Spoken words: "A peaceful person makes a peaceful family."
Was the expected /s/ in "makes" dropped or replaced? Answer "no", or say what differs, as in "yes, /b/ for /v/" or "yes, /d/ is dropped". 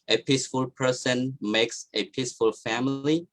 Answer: no